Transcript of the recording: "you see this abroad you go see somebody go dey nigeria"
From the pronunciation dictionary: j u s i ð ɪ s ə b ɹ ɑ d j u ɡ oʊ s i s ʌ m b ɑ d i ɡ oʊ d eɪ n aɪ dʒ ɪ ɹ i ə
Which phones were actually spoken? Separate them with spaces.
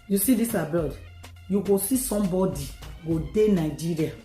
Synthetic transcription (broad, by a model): j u s i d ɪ s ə b ɑ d j u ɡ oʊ s i s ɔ m b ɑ d i ɡ oʊ d eɪ n aɪ dʒ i ɹ i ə